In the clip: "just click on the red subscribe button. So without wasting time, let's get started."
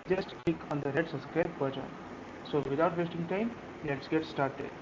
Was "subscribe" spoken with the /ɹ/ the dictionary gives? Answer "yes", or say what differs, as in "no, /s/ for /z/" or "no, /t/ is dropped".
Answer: no, /ɹ/ is dropped